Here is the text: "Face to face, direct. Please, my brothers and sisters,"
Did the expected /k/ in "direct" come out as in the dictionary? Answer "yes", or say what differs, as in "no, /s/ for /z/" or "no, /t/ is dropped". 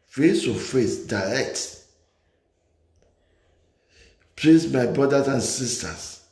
yes